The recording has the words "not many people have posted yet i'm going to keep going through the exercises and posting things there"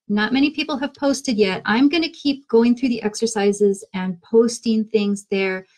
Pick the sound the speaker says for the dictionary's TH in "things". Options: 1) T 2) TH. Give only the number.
2